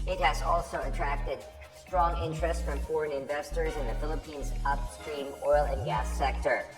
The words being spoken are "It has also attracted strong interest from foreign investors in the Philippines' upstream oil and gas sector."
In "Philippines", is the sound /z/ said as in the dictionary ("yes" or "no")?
yes